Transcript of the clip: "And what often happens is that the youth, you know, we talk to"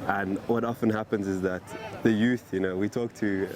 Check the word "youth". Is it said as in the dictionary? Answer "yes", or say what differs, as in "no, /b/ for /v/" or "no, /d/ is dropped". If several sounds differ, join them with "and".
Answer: yes